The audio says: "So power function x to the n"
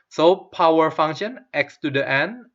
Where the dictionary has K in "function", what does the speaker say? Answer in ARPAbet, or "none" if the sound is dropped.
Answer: none